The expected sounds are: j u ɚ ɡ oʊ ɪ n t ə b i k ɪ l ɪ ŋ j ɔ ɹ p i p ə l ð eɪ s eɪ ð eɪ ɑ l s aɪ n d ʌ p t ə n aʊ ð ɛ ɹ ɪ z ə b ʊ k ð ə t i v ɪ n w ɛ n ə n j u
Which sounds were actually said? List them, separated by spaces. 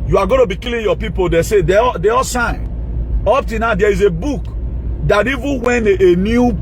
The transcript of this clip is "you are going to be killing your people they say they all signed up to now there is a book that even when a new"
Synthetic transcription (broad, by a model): j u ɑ ɡ oʊ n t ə b i k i l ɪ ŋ j ɔ p i p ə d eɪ s eɪ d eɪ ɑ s aɪ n ɔ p t ə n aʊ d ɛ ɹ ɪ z ə b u k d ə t i v ɪ n w ɛ n ə n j u